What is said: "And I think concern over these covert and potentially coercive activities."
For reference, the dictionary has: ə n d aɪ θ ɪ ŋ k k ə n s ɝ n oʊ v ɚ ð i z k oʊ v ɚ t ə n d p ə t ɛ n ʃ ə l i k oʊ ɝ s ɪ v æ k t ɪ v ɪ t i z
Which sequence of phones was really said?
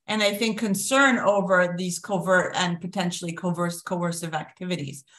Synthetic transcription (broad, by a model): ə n aɪ θ ɪ ŋ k k ə n s ɝ n oʊ v ɚ ð i z k oʊ v ɚ t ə n p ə t ɛ n ʃ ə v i k oʊ ɝ s ɪ v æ k t ɪ v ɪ t i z